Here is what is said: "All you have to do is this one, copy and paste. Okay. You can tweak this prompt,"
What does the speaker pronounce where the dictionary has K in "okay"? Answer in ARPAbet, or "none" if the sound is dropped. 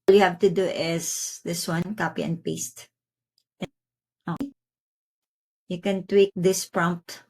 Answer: none